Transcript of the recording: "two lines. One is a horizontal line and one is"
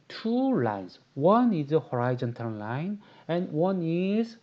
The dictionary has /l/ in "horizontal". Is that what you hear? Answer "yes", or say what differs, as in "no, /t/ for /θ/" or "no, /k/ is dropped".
no, /n/ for /l/